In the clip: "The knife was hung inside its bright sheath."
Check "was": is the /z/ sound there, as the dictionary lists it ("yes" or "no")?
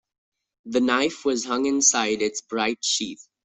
yes